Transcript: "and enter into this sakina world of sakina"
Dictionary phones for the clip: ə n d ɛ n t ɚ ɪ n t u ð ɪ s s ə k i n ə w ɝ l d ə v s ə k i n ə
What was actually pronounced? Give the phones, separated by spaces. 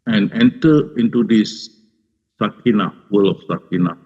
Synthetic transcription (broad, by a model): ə n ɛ n t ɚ ɪ n t u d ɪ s s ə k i n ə w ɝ l ə f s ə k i n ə